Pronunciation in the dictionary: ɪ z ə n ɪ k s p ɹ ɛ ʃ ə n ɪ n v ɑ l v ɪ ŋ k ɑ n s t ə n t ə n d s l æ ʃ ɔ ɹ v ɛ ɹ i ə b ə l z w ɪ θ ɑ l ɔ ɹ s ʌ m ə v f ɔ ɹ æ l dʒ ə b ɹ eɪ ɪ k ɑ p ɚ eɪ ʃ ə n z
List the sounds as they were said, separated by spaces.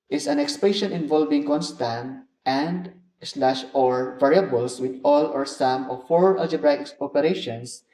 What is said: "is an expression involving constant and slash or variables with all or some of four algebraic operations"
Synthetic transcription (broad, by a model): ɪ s ə n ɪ k s p ɛ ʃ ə n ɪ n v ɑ l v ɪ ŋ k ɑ n s t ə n t ə n d s l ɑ ʃ ɔ ɹ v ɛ ɹ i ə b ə l s w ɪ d ɑ l ɔ ɹ s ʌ m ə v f ɔ ɹ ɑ l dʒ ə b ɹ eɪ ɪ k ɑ p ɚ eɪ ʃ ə n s